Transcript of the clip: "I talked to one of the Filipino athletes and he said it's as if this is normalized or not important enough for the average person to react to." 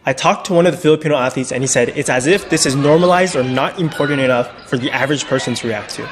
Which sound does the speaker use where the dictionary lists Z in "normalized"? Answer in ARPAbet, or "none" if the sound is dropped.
Z